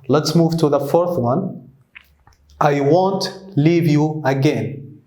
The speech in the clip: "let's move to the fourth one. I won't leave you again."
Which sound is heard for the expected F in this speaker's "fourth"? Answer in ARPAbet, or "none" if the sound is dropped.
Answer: F